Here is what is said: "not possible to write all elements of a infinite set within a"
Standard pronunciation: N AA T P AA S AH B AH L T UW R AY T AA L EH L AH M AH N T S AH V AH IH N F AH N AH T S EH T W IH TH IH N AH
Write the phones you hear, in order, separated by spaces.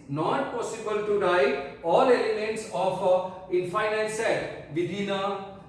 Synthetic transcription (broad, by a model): N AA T P AA S AH B AH L T UW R AY AA L EH L AH M AH N T S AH F AH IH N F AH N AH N S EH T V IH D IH N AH